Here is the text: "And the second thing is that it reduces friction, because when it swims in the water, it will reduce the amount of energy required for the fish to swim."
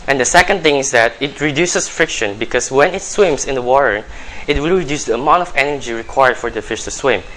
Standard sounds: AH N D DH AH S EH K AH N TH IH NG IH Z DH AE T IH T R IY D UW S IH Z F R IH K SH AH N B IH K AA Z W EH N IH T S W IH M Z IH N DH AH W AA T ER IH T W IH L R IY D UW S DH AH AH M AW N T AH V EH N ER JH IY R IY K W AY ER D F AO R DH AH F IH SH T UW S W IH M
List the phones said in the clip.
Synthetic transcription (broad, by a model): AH N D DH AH S EH K AH N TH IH NG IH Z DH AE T IH T R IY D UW S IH S F R IH K SH AH N B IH K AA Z W EH N IH T S W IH M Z IH N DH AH W AA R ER IH T W IH L R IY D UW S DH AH AH M AW N T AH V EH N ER JH IY R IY K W AY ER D F AO R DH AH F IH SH T UW S W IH M